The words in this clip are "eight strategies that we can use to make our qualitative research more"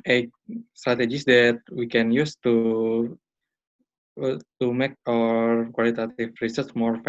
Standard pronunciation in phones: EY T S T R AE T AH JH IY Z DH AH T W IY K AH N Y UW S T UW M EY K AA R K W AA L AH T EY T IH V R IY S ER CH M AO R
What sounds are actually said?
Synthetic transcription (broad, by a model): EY S T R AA T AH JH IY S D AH T W IY K AH N Y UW S T UW M EY K AA R K W AA L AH T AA T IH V R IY S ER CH M AO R